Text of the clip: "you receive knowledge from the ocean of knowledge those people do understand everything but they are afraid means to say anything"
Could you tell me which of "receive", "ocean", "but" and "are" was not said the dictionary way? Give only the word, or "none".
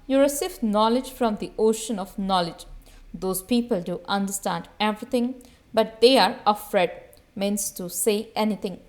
receive